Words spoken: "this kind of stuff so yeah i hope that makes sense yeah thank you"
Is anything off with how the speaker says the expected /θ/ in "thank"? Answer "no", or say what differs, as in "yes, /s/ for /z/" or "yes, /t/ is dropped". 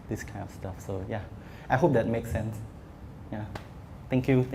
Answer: yes, /t/ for /θ/